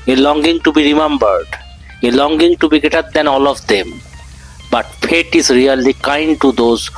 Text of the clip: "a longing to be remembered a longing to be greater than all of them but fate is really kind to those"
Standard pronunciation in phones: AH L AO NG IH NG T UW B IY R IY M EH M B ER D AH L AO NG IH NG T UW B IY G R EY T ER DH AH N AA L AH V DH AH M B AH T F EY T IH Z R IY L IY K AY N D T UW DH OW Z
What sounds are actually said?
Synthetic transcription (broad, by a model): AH L AO NG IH NG T UW B IY R IY M EH M B ER D AH L AO NG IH NG T UW B IY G EY T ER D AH N AA L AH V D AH M B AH T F EY T IH Z R IY L IY K AY N D T UW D OW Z